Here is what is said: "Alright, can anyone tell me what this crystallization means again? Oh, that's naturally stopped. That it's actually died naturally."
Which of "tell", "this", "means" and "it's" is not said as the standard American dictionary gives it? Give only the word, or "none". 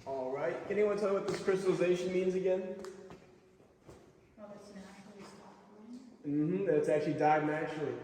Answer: none